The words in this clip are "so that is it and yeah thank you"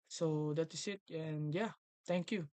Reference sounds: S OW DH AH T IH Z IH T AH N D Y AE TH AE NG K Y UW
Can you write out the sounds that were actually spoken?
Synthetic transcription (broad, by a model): S OW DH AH T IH S IH T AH N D Y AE T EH NG K Y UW